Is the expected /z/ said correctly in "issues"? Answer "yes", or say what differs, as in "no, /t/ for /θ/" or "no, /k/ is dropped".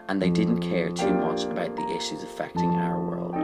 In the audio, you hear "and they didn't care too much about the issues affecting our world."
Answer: yes